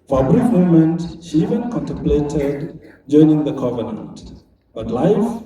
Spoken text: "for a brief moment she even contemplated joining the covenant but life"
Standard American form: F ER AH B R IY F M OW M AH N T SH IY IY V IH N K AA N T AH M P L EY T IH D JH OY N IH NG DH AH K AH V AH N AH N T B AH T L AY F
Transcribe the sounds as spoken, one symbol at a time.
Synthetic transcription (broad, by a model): F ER AH B R IY F M OW M AH N T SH IY IY V IH N K AA N T AH M P L EY T IH D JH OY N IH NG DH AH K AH V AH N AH N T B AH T L AY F